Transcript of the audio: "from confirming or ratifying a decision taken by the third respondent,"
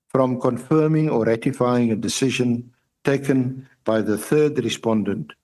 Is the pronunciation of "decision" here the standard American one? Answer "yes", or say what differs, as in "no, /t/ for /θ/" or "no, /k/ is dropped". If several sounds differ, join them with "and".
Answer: yes